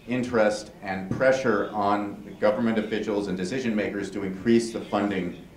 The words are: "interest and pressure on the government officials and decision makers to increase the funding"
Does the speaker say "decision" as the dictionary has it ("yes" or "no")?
yes